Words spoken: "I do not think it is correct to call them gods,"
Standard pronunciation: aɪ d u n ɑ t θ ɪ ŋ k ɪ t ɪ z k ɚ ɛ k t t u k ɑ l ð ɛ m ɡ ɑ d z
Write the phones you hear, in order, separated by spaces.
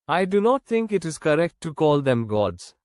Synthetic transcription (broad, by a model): aɪ d u n ɑ t t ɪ ŋ k ɪ t ɪ z k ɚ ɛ k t t u k ɑ l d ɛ m ɡ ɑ d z